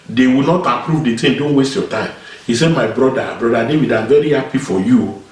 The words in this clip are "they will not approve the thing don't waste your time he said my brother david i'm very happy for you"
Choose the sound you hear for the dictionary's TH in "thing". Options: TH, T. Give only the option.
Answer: T